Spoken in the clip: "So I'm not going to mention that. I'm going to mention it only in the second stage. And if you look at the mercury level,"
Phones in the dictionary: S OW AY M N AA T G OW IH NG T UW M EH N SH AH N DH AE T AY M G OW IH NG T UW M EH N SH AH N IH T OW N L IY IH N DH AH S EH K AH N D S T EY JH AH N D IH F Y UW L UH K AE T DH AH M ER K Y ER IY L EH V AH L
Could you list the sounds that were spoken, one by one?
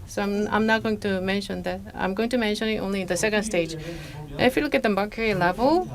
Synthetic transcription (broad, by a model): S OW AY M N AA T G OW IH NG T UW M EH N SH AH N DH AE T AY M G OW IH NG T UW M EH N SH AH N IH T OW N L IY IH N DH AH S EH K AH N D S T EY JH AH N IH F Y UW L UH K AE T DH AH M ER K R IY L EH V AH L